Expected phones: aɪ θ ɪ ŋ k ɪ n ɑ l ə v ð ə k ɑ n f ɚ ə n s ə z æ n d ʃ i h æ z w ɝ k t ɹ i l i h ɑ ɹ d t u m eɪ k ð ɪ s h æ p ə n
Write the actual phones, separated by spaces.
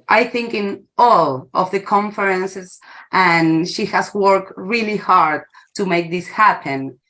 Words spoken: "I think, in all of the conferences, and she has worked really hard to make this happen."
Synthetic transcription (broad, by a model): aɪ θ ɪ ŋ k ɪ n ɑ l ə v ð ə k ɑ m f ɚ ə n s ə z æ n ʃ i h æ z w ɝ k t ɹ i l i h ɑ ɹ d t u m eɪ k ð ɪ s h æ p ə n